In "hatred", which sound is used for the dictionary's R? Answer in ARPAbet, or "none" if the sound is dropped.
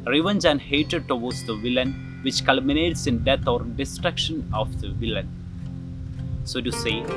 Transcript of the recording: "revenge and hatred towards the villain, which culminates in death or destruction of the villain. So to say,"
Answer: none